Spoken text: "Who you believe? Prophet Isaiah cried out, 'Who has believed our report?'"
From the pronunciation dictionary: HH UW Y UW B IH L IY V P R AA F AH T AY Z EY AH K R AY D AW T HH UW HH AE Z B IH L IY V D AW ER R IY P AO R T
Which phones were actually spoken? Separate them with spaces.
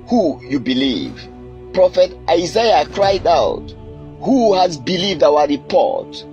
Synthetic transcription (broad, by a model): HH UW Y UW B IH L IY V P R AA F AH T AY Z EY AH K R AY D AW T HH UW HH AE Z B IH L IY V D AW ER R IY P AO R T